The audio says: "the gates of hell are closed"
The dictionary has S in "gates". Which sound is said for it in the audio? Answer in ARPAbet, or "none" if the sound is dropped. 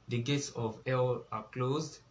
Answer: S